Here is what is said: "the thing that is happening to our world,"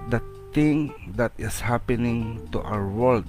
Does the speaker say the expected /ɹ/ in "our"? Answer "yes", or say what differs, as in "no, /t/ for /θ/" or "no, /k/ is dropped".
no, /w/ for /ɹ/